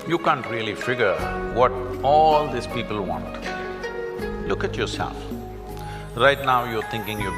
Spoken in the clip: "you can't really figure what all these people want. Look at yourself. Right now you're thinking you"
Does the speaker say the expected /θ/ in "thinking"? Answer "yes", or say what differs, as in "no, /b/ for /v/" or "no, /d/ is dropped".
no, /t/ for /θ/